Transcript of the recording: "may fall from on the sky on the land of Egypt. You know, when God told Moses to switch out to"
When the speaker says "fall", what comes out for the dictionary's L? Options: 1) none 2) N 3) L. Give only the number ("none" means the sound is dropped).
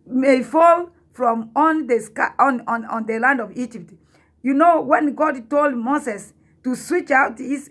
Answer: 3